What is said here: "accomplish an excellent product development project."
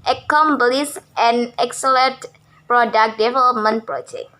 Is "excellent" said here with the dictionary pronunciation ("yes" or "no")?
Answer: no